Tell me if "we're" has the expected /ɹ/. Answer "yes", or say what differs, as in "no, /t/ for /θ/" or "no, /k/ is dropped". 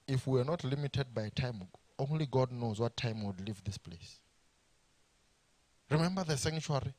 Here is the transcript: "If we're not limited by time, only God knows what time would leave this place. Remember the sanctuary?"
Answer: no, /w/ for /ɹ/